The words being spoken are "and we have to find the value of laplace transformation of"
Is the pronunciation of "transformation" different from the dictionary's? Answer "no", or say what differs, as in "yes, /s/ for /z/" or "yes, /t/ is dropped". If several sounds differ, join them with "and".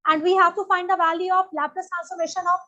yes, /ɹ/ is dropped and /f/ is dropped